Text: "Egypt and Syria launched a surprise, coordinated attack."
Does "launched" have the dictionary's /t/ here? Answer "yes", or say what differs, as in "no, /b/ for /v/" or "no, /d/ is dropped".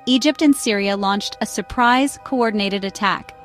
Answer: yes